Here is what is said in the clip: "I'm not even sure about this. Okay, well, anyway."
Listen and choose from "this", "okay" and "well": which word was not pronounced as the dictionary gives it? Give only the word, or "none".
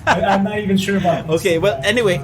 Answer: this